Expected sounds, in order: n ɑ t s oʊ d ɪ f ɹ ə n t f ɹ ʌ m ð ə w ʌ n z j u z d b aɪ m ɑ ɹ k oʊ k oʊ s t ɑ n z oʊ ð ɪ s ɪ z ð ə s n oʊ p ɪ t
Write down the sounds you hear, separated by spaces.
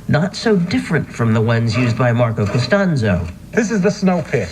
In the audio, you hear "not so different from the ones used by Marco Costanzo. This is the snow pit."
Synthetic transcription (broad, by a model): n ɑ t s oʊ d ɪ f ɹ ə n t f ɹ ʌ m ð ə w ʌ n z j u z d b aɪ m ɑ ɹ k oʊ k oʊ s t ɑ n z oʊ ð ɪ s ɪ z ð ə s n oʊ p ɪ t